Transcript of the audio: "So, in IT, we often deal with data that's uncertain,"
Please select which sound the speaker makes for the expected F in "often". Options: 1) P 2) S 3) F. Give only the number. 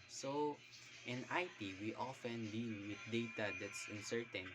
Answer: 3